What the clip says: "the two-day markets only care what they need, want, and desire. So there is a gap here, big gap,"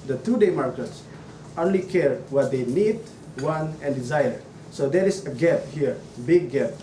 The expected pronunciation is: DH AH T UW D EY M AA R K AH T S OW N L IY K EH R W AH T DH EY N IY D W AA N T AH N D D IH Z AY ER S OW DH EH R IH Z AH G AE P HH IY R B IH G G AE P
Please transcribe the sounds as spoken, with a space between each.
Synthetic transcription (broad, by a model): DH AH T UW D EY M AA R K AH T S OW N L IY K EH R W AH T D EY N IY D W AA N AH N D D IH Z AY ER S OW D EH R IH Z AH G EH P HH IY R B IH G G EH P